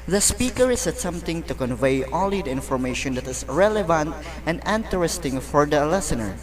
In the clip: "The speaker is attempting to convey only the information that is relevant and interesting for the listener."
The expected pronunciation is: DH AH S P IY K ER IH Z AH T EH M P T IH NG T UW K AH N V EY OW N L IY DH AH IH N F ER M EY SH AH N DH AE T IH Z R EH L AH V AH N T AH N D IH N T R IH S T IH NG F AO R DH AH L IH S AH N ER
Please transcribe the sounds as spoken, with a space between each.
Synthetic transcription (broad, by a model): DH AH S P IY K ER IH S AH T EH M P T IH NG T UW K AH N V EY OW L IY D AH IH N F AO M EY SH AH N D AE T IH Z R EH L AH V AH N T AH N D IH N T R IH S T IH NG F AO R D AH L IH S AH N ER